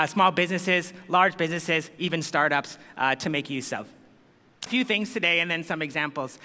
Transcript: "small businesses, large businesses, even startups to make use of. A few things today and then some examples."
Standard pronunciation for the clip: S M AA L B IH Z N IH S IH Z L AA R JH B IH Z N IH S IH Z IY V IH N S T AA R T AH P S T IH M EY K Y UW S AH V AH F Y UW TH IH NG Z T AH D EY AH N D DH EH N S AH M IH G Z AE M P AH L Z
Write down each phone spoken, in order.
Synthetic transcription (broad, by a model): S M AA L B IH Z N IH S IH Z L AA R JH B IH Z N IH S IH Z IY V IH N S T AA R T AH P S T IH M EY K Y UW S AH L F F Y UW TH IH NG Z T AH D EY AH N DH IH N S AH M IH G Z AE M P L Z